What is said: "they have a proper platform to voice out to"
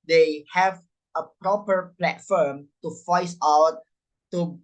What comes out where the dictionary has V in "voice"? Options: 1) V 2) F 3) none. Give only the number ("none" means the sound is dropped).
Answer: 2